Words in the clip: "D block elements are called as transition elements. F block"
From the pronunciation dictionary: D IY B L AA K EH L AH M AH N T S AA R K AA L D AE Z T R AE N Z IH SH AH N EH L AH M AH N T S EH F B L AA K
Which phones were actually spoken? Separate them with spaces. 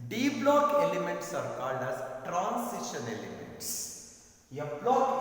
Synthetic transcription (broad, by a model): D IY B L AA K EH L AH M AH N T S AA R K AA L D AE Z T R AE N S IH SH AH N EH L AH M AH N T S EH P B L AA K